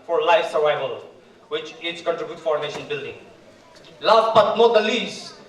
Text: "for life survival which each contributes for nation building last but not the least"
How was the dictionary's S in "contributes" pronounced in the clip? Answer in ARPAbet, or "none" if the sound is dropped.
none